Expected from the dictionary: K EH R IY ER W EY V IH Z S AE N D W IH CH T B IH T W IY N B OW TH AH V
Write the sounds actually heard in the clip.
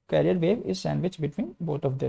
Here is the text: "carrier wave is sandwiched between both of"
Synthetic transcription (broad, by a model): K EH R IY ER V EY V IH Z S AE N D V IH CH B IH T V IY N B OW T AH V